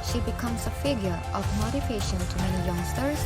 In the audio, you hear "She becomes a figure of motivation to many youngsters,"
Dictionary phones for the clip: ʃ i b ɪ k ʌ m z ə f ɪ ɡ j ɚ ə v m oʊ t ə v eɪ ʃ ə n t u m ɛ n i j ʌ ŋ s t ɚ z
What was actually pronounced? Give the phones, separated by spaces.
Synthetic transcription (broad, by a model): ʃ i b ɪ k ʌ m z ə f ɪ ɡ j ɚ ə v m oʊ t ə f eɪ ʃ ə n t u m ɛ n i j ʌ ŋ s t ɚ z